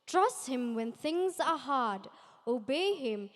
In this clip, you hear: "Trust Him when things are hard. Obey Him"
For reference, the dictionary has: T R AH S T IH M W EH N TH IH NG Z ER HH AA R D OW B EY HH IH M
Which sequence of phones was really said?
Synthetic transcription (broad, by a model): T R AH S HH IH M W EH N TH IH NG Z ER HH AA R D OW B EY HH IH M